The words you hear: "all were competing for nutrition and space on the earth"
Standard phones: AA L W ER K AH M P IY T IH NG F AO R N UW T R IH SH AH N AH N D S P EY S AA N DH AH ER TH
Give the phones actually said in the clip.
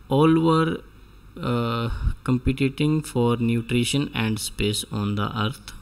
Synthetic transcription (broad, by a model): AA L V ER K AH M P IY T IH NG F AO R N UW T R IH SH AH N AH N D S P EY S AA N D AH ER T